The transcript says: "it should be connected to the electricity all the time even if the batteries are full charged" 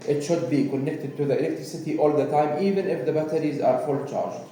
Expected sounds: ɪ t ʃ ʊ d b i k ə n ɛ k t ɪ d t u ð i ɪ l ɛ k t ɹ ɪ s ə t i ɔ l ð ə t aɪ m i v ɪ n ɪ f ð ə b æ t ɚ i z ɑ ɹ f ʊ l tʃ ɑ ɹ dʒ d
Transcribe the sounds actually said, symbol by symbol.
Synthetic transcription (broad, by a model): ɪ t ʃ ʊ d b i k ə n ɛ k t ɪ d t u ð i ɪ l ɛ k t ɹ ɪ s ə t i ɔ l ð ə t aɪ m i v ɪ n ɪ f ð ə b æ t ɚ i z ɑ ɹ f ʊ l tʃ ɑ ɹ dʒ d